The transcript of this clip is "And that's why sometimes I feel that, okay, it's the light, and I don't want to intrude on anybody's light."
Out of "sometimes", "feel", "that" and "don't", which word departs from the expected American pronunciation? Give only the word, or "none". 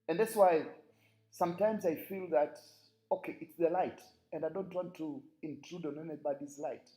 none